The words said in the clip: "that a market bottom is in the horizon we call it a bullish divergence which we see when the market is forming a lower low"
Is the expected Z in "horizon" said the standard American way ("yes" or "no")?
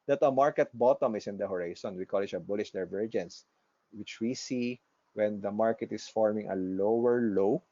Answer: no